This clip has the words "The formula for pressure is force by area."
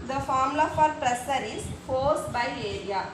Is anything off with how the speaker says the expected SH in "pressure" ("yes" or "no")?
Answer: yes